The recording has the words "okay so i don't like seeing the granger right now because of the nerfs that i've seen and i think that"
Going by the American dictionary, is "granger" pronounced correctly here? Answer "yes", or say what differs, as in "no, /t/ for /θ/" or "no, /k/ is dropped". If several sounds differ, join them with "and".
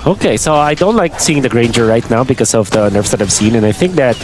yes